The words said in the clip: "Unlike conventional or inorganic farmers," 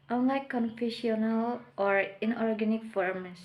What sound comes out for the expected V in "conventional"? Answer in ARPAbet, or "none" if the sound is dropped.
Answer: F